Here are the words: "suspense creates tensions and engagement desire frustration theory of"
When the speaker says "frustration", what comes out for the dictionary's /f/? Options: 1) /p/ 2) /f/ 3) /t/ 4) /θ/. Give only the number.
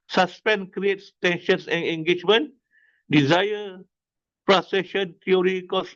1